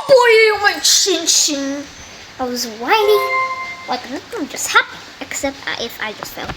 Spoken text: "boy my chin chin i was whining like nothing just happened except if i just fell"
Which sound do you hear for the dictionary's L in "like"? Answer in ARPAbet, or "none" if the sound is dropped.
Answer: W